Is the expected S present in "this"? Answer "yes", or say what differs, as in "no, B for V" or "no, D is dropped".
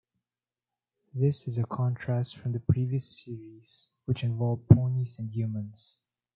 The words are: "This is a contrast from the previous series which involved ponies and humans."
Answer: yes